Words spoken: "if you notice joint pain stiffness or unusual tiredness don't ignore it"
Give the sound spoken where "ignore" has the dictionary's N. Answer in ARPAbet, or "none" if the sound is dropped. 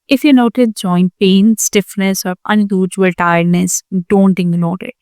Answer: L